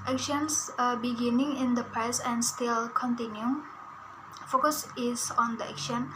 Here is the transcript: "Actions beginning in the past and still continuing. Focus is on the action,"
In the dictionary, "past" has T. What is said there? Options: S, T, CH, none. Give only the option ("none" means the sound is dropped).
none